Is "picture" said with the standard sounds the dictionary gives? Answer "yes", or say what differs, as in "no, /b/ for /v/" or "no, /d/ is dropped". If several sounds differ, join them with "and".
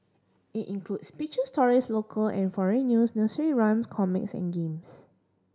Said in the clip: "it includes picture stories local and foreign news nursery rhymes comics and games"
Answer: no, /k/ is dropped